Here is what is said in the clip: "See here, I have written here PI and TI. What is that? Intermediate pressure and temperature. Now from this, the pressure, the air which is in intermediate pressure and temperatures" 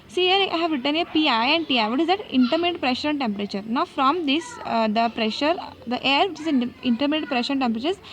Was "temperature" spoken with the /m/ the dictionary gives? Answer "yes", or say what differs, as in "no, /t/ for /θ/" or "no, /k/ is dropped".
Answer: yes